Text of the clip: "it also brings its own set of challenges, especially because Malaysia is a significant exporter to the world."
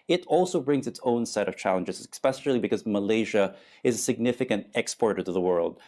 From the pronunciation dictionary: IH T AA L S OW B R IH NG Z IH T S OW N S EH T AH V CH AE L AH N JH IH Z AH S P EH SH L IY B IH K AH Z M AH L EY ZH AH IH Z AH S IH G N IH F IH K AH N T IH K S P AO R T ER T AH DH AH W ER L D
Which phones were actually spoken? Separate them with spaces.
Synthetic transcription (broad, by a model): IH T AA L S OW B R IH NG Z IH T S OW N S EH T AH V CH AE L AH N JH IH Z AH S P EH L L IY B IH K AH Z M AH L EY ZH AH IH Z AH S IH G N IH F IH K AH N T IH K S P AO R T ER T AH DH AH W ER L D